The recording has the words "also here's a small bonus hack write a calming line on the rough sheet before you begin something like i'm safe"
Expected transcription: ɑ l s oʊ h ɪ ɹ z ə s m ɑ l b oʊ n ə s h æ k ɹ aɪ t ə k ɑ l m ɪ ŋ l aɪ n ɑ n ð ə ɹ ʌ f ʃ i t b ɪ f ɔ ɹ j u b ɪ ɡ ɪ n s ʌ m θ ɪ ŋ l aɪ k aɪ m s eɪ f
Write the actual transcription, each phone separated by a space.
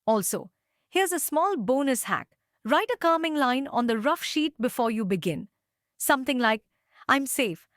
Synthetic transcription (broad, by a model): ɑ l s oʊ h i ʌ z ə s m ɑ l b oʊ n ə s h æ k ɹ aɪ t ə k ɑ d m ɪ ŋ l aɪ n ɑ n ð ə ɹ ʌ f ʃ i t b ɪ f ɔ ɹ j u b ɪ ɡ ɪ n s ʌ m t ɪ ŋ l aɪ k aɪ m s eɪ f